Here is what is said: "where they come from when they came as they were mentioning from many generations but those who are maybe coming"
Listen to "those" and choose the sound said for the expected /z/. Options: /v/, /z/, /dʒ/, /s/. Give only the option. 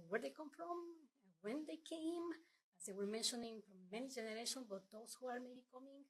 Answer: /s/